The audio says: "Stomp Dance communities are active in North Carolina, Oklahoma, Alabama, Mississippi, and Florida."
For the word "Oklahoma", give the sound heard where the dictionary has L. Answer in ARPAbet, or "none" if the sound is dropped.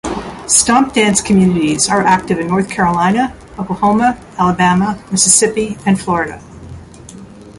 none